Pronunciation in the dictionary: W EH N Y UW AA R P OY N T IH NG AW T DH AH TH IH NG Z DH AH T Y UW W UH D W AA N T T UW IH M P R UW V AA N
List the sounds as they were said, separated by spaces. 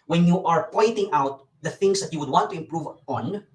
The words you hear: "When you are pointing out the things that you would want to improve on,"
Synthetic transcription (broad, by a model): W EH N Y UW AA R P OY N T IH NG AW T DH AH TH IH NG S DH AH T Y UW W UH D W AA N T T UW IH M P R UW V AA N